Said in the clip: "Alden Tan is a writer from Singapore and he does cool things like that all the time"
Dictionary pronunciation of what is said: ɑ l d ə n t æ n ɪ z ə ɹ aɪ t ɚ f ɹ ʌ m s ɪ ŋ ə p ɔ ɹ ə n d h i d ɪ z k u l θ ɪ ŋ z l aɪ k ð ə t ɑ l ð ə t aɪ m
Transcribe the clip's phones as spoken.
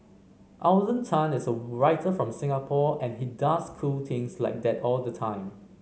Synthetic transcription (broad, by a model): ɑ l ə n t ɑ n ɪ s ə ɹ aɪ t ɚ f ɹ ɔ m s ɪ ŋ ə p ɔ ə n h i d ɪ s k u l t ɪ ŋ s l aɪ k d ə t ɑ l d ə t aɪ m